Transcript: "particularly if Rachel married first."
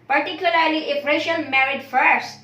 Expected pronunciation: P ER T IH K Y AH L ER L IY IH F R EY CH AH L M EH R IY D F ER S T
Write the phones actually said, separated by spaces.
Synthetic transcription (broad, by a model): P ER T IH K Y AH L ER L IY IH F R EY SH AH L M EH R IY D F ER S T